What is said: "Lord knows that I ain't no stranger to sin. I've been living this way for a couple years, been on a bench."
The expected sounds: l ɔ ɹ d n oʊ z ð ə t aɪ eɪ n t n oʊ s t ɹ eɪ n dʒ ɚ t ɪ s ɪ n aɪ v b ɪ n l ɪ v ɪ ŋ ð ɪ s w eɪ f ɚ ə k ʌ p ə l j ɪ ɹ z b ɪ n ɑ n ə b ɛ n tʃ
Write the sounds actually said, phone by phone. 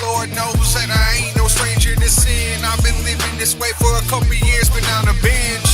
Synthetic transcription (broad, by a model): l ɔ ɹ d n oʊ z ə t aɪ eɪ t n oʊ s t ɹ eɪ n dʒ ɚ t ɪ s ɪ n aɪ v b ɪ n l ɪ v ɪ ŋ ð ɪ s w eɪ f ɚ ə k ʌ p l j ɪ ɹ z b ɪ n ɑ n ə b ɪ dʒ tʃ